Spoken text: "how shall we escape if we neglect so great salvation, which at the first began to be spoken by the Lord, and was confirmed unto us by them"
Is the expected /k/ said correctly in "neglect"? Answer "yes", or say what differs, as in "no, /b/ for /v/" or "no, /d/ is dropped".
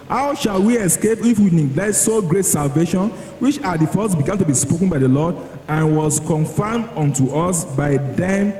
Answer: no, /k/ is dropped